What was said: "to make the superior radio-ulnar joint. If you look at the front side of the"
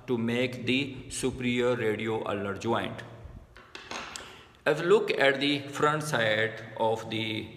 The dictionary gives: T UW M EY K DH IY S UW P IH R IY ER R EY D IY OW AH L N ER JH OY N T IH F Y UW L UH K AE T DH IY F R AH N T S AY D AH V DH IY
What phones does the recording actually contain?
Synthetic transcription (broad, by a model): T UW M EY K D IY S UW P R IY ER R EY D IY OW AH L ER JH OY N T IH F L UH K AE T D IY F R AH N T S AY D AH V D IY